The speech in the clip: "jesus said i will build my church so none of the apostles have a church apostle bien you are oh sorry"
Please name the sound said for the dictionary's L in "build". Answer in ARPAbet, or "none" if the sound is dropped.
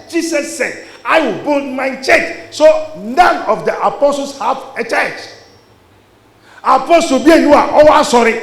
none